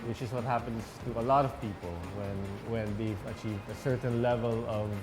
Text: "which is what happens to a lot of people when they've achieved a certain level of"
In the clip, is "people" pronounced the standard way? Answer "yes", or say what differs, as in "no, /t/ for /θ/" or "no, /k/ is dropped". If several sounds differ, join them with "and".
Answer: no, /n/ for /l/